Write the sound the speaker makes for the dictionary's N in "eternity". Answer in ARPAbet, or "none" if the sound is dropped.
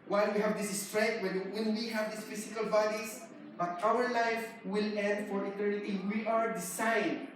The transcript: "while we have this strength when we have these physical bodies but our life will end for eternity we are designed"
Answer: L